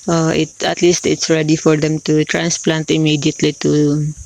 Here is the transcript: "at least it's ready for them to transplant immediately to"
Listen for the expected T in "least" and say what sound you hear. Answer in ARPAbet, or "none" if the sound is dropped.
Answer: T